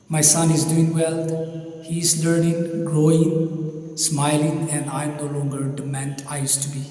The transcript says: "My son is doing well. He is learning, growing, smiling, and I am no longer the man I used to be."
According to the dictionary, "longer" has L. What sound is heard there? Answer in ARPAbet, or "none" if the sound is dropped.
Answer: L